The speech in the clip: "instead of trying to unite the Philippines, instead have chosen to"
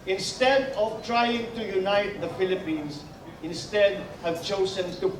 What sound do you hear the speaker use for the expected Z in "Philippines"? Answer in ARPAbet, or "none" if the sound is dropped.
S